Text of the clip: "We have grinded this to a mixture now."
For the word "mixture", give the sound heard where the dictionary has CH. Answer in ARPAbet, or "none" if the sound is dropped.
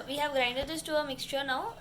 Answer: CH